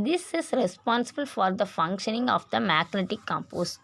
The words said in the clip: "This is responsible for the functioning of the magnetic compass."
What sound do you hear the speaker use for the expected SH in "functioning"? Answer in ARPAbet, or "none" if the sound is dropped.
SH